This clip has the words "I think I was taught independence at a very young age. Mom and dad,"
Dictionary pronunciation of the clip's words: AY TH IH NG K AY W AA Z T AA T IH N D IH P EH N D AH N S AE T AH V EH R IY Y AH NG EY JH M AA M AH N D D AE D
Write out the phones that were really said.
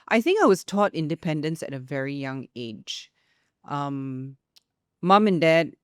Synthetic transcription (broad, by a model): AY TH IH NG K AY W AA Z T AA T IH N D IH P EH N D AH N S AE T AH V EH R IY Y AH NG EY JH M AA M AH N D D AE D